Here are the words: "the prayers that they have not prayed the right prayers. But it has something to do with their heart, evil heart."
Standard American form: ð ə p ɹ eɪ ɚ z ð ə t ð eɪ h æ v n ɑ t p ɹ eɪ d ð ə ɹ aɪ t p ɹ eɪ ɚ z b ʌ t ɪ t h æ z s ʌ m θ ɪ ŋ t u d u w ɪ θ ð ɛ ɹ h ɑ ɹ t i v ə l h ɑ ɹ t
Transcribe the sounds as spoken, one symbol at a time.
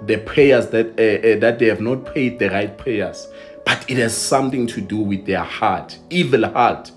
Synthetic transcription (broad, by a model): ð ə p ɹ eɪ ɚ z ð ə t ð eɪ h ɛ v n ɑ t p eɪ d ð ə ɹ aɪ t p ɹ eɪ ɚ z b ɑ t ɪ t h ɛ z s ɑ m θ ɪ ŋ t u d u w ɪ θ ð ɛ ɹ h ɑ t i v ə l h ɑ t